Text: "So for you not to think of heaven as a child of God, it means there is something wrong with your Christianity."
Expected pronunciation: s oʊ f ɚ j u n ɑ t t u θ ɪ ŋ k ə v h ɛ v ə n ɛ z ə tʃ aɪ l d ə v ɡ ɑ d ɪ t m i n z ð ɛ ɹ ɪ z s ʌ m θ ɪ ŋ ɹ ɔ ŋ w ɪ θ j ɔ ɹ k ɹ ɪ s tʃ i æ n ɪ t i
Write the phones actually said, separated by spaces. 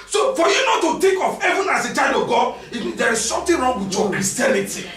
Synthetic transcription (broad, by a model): s oʊ f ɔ j u n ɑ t t u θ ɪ ŋ k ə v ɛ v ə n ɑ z ə tʃ aɪ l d ə v ɡ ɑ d ɪ t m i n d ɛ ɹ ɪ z s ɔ m t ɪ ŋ ɹ ɔ ŋ w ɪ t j ɔ k ɹ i s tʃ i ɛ n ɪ t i